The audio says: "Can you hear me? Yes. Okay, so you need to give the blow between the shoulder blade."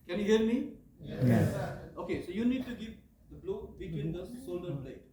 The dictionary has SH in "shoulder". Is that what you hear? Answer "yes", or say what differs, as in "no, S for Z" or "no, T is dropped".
no, S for SH